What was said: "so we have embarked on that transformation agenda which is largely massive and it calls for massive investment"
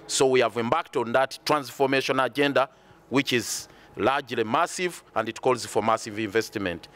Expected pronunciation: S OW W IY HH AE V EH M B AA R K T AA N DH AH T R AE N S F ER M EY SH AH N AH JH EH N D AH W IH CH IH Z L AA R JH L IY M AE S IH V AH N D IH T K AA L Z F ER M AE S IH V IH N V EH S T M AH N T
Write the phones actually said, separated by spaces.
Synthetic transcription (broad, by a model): S OW W IY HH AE V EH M B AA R K T AA N DH AH T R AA N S F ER M EY SH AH N AH JH EH N D AH W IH CH IH Z L AA R JH L IY M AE S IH V AH N D IH T K AA L Z F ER M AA S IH V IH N V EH S T M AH N T